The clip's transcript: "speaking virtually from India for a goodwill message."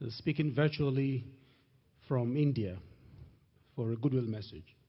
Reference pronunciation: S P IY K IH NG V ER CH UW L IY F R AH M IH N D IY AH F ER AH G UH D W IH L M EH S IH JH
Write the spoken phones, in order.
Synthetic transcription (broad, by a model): S P IY K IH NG V ER CH UW L IY F R AH M IH N D IY AH F ER AH G UH D W IH L M EH S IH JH